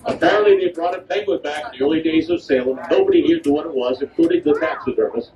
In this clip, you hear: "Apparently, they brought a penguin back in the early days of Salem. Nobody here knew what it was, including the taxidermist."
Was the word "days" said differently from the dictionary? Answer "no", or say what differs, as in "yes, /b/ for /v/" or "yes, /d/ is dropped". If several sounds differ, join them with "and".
no